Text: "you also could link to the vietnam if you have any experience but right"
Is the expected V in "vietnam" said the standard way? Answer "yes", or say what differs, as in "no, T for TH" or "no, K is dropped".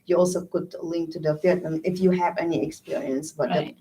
no, F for V